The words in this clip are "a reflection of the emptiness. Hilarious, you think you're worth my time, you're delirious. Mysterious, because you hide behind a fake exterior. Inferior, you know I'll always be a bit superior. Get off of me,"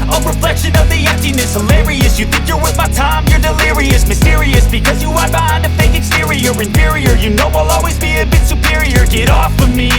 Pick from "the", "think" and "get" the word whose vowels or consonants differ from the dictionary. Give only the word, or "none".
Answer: none